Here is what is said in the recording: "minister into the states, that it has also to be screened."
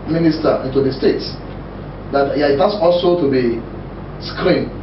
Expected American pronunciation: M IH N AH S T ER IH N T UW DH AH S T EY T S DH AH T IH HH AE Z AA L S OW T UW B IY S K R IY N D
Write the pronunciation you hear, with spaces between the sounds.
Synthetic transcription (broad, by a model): M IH N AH S T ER IH N T UW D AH S T EY T S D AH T IH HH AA S AA L S OW T UW B IY S K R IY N